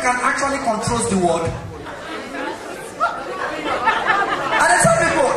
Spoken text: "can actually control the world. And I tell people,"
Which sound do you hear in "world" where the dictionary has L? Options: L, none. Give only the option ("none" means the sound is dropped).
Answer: none